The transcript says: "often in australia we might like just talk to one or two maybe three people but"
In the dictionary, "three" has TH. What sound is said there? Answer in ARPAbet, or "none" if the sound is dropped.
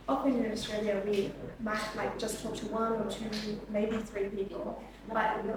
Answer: TH